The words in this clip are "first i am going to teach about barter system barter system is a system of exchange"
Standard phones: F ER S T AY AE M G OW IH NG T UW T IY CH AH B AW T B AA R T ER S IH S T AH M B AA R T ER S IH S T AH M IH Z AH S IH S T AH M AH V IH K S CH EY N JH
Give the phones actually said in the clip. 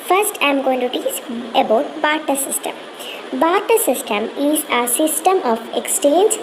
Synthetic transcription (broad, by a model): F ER S T AY M G OW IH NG T UW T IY S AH B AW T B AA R T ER S IH S T AH M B AA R T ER S IH S T AH M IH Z AH S IH S T AH M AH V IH K S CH EY N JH